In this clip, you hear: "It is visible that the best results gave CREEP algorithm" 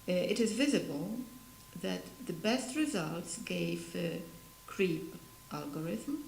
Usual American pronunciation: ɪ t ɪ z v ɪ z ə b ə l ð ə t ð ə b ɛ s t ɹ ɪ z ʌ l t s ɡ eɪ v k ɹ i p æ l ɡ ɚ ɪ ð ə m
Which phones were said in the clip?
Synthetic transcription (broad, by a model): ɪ t ɪ z v ɪ z ə b ə l ð ə t ð ə b ɛ s t ɹ ɪ z ʌ l t s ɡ eɪ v k ɹ i p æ l ɡ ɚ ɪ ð m